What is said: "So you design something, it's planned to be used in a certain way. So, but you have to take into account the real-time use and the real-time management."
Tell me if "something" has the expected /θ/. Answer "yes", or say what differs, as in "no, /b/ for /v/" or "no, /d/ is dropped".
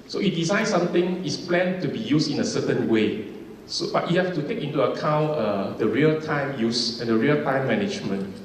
no, /t/ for /θ/